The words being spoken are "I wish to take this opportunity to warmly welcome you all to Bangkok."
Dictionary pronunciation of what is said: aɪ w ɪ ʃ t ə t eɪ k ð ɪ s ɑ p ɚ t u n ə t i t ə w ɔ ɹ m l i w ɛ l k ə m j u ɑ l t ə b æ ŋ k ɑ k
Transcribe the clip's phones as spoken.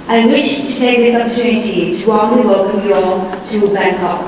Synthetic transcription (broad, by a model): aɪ w ɪ ʃ t ə t eɪ k ð ɪ s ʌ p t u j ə t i t ə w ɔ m i w ɛ l k ə m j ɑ t ə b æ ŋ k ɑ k